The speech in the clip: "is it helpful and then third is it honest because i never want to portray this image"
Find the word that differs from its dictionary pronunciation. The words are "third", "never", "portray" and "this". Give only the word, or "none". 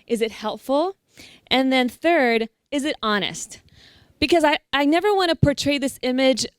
none